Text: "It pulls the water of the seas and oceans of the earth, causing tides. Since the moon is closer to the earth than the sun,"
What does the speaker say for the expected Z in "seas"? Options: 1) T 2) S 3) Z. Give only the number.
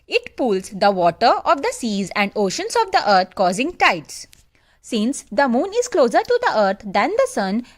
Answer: 3